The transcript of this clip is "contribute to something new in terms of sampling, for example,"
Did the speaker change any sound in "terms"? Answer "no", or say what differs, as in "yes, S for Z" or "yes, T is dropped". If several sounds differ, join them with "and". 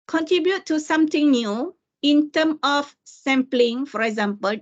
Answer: yes, Z is dropped